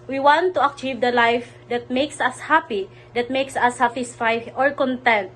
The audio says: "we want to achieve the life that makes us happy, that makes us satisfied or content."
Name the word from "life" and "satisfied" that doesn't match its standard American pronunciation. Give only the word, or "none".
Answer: satisfied